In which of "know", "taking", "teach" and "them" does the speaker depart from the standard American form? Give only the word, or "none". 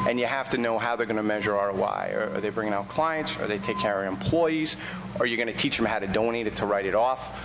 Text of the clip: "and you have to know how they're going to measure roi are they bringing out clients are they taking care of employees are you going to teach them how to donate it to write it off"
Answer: taking